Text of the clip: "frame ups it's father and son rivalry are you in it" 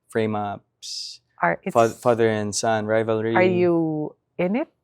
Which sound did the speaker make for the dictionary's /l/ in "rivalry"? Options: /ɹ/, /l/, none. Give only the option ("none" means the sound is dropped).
/l/